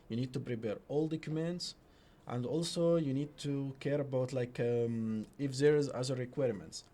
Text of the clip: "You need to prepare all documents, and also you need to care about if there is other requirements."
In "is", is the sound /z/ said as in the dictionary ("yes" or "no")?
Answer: yes